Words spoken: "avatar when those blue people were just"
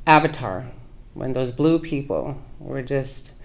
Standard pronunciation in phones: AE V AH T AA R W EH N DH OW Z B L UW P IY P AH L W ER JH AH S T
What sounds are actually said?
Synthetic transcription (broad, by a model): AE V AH T AA R W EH N DH OW Z B L UW P IY P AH L W ER JH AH S T